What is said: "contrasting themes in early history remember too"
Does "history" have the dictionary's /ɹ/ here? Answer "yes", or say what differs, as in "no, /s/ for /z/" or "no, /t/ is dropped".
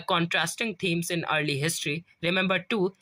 yes